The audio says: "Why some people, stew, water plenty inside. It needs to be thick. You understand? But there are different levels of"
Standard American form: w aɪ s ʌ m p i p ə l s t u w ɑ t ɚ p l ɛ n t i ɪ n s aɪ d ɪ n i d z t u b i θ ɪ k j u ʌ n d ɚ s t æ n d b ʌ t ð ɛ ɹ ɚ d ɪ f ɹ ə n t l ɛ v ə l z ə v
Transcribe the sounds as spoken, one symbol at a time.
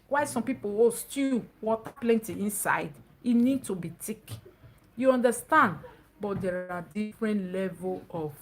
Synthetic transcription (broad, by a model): w aɪ s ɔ m p i p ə w s t u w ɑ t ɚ p l ɛ n t i ɪ n s aɪ d ɪ n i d t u b i t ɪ k j u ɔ n d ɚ s t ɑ n d b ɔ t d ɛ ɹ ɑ d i f ɹ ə n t l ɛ v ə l ə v